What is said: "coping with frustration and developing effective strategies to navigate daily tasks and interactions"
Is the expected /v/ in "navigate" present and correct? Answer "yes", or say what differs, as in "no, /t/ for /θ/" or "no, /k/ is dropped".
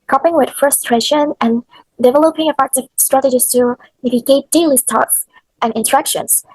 no, /b/ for /v/